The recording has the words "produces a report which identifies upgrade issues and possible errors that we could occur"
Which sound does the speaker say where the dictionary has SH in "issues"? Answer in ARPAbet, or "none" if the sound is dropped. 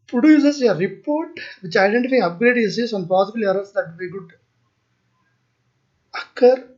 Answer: S